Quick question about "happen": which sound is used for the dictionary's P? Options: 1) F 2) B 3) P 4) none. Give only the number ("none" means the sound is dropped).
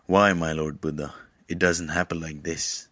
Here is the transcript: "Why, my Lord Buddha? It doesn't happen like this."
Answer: 3